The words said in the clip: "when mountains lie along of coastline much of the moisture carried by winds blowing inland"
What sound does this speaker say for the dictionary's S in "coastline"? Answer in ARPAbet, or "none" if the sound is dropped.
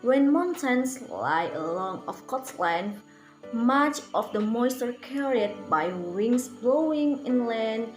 none